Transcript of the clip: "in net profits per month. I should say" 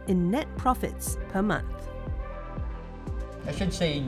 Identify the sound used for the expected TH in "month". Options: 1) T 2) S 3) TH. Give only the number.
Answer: 3